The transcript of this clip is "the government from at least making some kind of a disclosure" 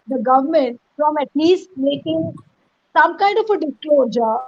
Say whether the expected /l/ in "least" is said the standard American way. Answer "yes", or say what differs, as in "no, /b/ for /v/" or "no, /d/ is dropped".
no, /n/ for /l/